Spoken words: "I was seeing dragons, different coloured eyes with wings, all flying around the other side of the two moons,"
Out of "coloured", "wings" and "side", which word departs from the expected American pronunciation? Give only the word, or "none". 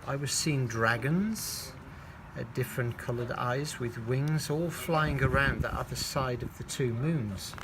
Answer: none